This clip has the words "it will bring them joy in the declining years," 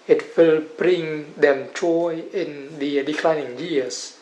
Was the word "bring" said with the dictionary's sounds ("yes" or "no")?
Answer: yes